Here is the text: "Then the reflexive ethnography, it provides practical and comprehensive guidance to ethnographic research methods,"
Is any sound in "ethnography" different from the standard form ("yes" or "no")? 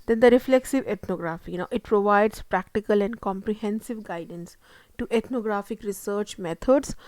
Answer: yes